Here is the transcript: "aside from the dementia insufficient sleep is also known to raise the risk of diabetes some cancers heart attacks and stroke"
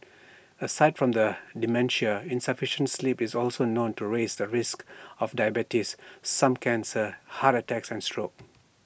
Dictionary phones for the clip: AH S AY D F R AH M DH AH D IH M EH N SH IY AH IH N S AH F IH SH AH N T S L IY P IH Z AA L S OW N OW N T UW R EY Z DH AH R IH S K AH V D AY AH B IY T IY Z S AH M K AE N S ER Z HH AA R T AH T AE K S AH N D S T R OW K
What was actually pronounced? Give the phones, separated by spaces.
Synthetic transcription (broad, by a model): AH S AY D F R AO M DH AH D IH M EH N SH IY AH IH N S AH F IH SH AH N T S L IY P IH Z AA L S OW N OW N T UW R EY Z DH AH R IH S K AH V D AY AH B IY T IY S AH M K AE N S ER HH AA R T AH T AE K S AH N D S T R OW K